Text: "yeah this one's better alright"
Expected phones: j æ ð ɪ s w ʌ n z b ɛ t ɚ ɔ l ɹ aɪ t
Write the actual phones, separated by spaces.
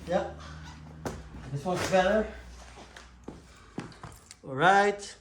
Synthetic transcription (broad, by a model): j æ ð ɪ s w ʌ z b ɛ t ɚ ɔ l ɹ aɪ t